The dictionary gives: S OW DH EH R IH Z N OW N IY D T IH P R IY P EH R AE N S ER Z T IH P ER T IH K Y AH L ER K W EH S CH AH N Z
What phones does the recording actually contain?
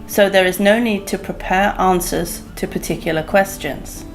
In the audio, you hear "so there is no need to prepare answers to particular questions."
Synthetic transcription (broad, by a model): S OW DH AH R IH Z N OW N IY D T IH P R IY P EH R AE N S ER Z T IH P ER T IH K Y L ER K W EH S CH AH N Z